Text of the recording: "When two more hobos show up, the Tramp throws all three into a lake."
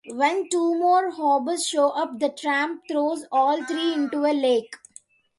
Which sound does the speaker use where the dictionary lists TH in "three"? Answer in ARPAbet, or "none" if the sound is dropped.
T